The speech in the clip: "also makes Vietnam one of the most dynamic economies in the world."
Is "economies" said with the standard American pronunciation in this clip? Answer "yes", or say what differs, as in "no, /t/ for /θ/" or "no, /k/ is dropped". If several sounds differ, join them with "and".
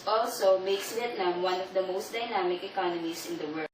no, /s/ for /z/